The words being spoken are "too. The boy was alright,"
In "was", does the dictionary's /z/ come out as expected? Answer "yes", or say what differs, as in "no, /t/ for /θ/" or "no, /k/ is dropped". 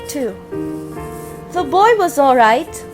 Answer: yes